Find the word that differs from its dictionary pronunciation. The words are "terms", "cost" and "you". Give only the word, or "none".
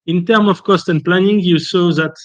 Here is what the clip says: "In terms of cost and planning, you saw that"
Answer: terms